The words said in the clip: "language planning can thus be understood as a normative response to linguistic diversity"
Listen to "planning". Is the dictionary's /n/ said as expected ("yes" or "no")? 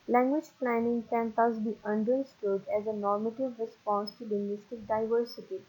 yes